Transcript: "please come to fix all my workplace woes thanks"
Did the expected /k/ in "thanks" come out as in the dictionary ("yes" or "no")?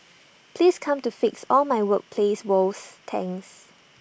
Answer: no